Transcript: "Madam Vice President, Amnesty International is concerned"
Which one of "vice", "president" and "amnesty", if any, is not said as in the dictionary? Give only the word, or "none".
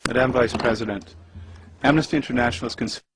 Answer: none